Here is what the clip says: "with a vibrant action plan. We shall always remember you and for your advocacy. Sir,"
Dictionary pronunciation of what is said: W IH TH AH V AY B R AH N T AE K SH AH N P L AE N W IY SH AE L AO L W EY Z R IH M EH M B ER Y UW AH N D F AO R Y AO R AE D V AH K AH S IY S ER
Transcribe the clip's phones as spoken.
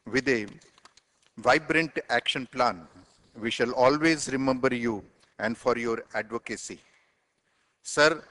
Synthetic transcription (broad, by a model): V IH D AH V AY B R AH N T AE K SH AH N P L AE N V IY SH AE L AO L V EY Z R IH M EH M B ER Y UW AH N D F AO R Y AO R AE D V AH K AH S IY S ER